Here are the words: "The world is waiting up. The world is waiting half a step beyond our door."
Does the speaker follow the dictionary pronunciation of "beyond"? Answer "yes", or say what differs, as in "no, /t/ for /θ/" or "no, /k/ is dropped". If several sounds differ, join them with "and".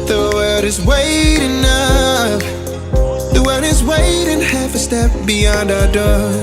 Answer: yes